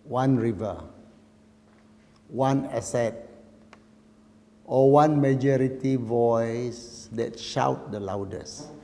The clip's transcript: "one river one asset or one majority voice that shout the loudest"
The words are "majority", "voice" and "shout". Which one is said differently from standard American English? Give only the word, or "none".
none